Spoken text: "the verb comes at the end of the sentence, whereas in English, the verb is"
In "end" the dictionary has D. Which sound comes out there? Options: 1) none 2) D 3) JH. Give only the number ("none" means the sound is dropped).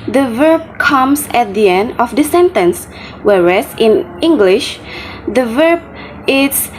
2